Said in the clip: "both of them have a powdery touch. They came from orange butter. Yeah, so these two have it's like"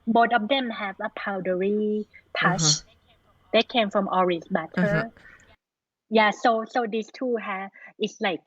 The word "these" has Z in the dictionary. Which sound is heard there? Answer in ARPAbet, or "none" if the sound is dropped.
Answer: S